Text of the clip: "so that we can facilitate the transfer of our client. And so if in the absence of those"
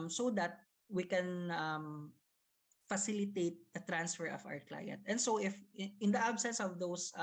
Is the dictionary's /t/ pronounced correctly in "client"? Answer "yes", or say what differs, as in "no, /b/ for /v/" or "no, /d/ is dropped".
yes